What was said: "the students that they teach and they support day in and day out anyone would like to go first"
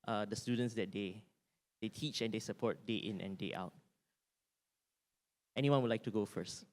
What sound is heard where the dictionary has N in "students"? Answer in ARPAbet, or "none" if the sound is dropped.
N